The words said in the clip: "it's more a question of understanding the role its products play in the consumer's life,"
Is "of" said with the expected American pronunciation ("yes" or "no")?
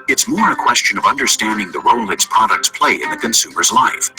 yes